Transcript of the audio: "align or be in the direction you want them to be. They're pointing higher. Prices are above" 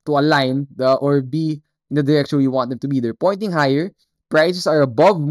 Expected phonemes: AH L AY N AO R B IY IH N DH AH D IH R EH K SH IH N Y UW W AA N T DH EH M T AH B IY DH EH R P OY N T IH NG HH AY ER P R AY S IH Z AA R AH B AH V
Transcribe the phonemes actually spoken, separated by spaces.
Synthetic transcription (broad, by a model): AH L AY N AO R B IY IH N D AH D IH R EH K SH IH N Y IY W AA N T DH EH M T AH B IY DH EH R P OY N T IH NG HH AY ER P R AY S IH S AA R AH B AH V